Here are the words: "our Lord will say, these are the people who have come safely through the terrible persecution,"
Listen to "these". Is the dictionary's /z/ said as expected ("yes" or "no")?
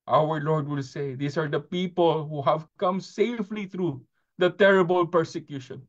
no